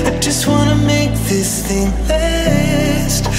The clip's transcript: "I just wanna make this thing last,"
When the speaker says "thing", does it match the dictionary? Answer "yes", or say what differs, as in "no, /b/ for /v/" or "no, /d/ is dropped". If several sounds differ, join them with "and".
yes